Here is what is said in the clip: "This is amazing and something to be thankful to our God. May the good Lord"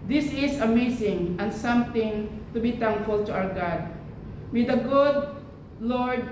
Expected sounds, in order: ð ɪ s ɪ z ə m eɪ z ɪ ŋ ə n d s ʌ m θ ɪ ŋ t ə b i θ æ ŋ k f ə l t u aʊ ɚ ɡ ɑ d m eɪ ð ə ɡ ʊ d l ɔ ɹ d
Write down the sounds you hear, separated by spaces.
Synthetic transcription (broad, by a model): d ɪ s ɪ s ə m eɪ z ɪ ŋ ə n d s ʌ m t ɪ ŋ t ə b i t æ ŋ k f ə l t u aʊ ɚ ɡ ɑ d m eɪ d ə ɡ ʊ d l ɔ ɹ d